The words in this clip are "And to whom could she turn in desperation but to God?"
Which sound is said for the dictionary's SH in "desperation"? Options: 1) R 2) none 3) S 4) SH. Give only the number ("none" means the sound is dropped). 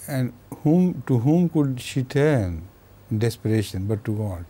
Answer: 4